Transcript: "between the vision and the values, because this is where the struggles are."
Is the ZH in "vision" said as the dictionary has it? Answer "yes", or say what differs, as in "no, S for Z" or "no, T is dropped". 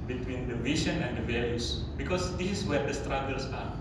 no, SH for ZH